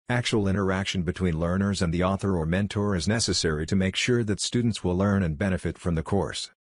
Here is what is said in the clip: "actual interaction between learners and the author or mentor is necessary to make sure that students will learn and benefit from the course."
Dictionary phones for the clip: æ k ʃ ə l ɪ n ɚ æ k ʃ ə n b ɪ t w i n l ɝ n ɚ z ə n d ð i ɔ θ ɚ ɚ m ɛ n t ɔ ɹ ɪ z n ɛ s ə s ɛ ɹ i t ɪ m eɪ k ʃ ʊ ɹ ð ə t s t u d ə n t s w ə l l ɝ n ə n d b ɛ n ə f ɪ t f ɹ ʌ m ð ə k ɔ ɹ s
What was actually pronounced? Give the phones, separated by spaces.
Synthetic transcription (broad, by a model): æ k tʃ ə l ɪ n ɚ æ k ʃ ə n b ɪ t w i n l ɝ n ɚ z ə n ð i ɔ θ ɚ ɚ m ɛ n t ɔ ɹ ɪ z n ɛ s ə s ɛ ɹ i t ɪ m eɪ k ʃ ʊ ɹ ð ə t s t u d n t s w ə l l ɝ n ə n b ɛ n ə f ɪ t f ɹ ʌ m ð ə k ɔ ɹ s